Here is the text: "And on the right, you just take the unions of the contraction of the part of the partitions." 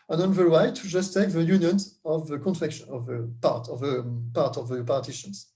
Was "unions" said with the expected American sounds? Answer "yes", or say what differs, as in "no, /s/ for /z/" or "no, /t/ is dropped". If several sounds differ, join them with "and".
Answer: no, /z/ is dropped